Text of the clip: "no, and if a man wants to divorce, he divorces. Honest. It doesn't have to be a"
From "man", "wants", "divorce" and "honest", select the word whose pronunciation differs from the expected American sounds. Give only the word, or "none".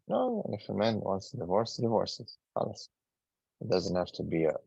honest